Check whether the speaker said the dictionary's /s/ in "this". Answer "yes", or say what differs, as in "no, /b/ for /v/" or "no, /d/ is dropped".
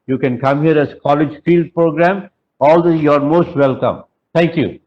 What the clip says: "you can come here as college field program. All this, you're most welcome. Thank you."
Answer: no, /s/ is dropped